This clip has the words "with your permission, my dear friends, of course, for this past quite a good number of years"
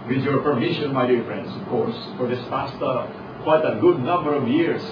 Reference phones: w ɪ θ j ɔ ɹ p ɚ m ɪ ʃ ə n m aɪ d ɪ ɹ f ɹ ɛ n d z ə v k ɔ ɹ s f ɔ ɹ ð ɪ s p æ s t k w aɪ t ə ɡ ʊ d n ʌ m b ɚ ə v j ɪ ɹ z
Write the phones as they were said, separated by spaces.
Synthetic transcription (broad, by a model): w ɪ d j ɔ ɹ p ɚ m ɪ ʃ ə n m aɪ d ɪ ɹ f ɹ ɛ n d s ə v k ɔ ɹ s f ɔ ɹ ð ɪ s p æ s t k w aɪ t ə ɡ ʊ d n ʌ m b ɚ ə v j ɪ ɹ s